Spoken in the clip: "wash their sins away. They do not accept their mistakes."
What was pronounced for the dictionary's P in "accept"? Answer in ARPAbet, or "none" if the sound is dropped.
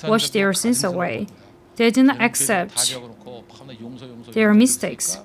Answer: P